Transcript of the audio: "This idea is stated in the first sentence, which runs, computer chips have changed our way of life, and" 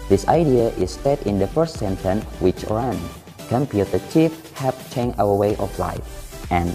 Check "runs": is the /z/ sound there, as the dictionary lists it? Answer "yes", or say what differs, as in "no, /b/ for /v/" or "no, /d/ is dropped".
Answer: no, /z/ is dropped